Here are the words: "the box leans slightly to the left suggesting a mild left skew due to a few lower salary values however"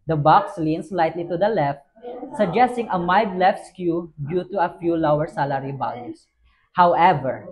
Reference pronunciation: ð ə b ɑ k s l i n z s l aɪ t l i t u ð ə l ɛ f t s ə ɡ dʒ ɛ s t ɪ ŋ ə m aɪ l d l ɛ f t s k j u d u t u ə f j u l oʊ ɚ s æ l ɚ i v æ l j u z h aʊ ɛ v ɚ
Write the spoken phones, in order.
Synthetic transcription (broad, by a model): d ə b ɑ k s l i n s l aɪ t l i t u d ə l ɛ f t s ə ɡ dʒ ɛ s t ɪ ŋ ə m aɪ d l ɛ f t s k j u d u t u ə f j u l oʊ ɚ s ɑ l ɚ i b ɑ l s h aʊ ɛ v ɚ